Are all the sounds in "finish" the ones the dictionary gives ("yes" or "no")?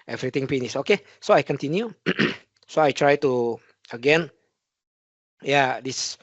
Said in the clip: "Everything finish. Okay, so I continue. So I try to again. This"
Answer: no